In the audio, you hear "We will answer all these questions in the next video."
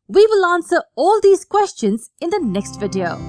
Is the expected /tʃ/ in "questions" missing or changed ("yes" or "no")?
no